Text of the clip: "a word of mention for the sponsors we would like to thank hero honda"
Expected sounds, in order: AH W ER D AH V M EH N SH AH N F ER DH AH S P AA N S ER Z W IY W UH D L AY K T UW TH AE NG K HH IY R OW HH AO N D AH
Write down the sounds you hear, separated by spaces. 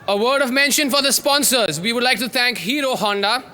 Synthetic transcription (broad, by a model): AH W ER D AH V M EH N SH AH N F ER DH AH S P AA N S ER Z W IY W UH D L AY K T UW T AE NG K HH IY R OW HH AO N D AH